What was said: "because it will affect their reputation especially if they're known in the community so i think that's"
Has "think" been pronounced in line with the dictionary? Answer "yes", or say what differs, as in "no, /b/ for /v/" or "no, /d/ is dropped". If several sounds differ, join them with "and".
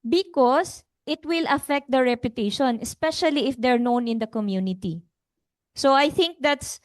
yes